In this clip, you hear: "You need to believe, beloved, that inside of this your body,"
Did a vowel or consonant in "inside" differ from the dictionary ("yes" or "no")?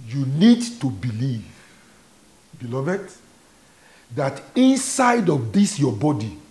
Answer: no